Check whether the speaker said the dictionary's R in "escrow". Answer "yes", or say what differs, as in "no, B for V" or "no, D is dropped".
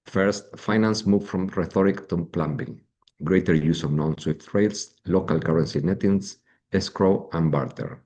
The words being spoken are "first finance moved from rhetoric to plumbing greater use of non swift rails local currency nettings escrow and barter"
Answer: yes